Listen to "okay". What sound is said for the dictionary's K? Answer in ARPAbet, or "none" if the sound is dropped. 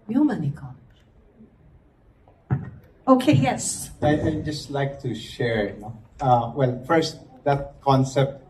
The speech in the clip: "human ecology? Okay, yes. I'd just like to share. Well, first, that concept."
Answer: K